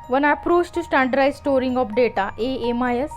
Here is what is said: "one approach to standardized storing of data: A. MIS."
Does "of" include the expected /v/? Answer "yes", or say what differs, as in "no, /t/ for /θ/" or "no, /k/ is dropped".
no, /p/ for /v/